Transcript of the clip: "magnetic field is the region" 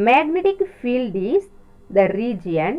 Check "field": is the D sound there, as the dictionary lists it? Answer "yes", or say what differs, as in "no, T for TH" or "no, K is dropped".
yes